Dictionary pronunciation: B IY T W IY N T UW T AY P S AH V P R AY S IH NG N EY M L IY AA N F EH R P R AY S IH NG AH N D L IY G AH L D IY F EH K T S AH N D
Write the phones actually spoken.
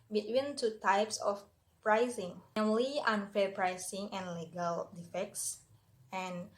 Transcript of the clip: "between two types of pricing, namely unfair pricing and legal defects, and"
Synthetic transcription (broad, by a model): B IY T W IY N T UW T AY P S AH F P R AY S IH NG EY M L IY AA N F EH R P R AY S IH NG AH N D L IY G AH L D IY F EH K T S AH N